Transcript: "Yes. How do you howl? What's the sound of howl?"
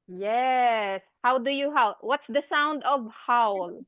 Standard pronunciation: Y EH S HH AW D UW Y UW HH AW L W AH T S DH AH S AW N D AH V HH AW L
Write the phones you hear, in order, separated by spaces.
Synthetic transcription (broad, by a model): Y EH S HH AW D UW Y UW HH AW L W AH T S DH AH S AW N D AH V HH AW L